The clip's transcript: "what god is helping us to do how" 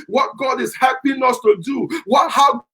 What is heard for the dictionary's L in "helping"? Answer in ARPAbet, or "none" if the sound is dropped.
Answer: none